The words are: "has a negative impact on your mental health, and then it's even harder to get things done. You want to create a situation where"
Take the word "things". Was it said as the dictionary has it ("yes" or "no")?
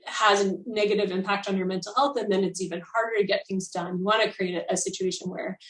yes